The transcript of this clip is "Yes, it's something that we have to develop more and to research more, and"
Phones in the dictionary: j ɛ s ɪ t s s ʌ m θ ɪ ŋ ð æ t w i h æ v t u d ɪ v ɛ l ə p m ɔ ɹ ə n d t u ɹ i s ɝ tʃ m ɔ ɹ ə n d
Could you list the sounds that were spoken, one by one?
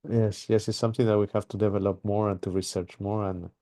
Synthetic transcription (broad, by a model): j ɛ s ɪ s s s ʌ m θ ɪ ŋ ð æ t w i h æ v t u d ɪ v ɛ l ə p m ɔ ɹ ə n t u ɹ i s ɝ tʃ m ɔ ɹ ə n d